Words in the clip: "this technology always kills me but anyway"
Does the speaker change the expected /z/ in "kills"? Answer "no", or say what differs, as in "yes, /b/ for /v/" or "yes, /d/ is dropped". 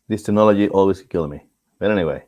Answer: yes, /z/ is dropped